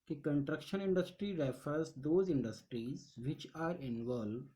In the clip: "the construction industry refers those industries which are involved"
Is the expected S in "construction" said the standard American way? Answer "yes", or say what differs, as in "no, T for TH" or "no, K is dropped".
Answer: no, S is dropped